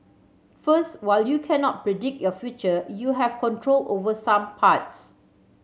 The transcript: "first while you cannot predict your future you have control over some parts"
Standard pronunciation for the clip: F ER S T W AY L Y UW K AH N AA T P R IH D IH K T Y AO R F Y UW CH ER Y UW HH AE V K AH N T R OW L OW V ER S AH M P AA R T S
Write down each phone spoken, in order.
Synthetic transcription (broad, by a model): F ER S T W AY L Y UW K AH N AA T P R IH D IH K T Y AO F Y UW CH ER Y UW HH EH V K AH N T R OW L OW V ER S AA M P AA T S